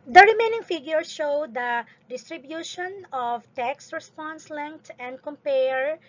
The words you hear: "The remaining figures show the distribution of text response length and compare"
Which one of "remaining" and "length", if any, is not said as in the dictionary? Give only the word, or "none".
length